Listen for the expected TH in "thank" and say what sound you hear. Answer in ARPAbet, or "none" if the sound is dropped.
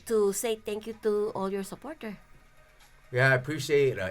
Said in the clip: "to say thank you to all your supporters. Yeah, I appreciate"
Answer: T